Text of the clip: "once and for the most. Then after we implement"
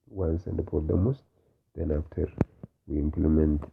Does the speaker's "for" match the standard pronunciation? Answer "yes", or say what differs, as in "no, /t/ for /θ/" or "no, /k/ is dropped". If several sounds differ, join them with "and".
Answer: no, /p/ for /f/